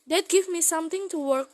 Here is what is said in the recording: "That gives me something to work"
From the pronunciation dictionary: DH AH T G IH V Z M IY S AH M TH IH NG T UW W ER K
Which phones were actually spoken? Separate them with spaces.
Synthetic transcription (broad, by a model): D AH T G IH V M IY S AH M T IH NG T UW W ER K